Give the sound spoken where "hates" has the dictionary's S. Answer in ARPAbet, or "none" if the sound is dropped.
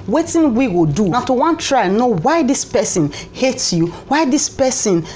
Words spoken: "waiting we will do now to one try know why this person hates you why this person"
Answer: none